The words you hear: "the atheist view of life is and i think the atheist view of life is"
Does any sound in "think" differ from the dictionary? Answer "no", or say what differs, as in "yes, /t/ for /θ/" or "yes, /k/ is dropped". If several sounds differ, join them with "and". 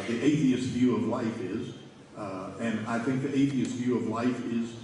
no